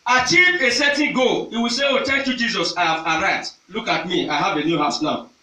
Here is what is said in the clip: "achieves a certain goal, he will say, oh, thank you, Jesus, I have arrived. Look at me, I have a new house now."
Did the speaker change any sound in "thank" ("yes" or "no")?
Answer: yes